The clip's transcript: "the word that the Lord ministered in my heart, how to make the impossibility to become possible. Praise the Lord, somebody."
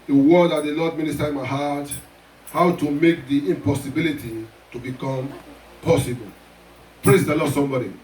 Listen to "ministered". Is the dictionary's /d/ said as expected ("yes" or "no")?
no